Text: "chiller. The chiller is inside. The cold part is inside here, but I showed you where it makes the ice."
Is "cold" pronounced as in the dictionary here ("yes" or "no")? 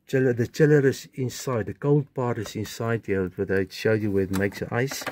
yes